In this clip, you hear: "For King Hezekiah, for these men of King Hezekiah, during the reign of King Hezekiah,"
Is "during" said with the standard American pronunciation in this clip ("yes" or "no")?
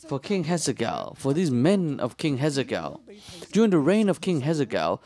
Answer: yes